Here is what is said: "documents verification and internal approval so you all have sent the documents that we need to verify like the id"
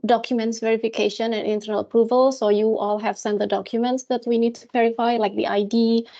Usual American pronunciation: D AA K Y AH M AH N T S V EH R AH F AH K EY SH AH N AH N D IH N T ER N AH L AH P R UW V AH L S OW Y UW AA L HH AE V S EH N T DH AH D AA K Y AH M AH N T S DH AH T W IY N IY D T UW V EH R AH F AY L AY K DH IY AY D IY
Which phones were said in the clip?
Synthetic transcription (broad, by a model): D AA K Y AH M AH N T S V EH R AH F AH K EY SH AH N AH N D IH N T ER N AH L AH P R UW V AH L S OW Y UW AA L HH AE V S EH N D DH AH D AA K Y AH M AH N T S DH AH T W IY N IY D T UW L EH R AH F AY L AY K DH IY AY D IY